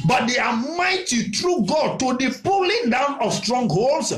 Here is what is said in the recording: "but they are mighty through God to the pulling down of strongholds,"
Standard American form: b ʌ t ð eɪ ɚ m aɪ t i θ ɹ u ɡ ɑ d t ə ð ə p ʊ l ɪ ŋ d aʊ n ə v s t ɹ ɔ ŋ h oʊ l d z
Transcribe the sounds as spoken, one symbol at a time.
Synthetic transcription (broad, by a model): b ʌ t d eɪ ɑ m aɪ t i t ɹ u ɡ ɑ d t ə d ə p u l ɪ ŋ d aʊ n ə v s t ɹ ɔ ŋ h oʊ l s